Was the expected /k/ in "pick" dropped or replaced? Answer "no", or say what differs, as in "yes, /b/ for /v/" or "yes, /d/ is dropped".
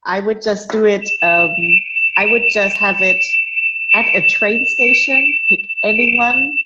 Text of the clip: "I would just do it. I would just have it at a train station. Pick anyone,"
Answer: yes, /k/ is dropped